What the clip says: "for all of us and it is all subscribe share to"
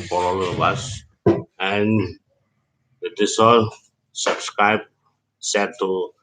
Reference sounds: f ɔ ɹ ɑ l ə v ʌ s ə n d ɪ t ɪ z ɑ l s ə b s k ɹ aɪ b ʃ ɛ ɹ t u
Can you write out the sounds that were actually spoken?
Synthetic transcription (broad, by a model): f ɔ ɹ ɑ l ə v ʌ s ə n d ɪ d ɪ s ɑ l s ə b s k ɹ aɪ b s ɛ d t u